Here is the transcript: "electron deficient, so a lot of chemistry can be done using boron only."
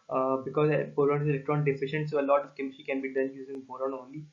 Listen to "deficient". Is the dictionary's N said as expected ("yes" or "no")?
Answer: yes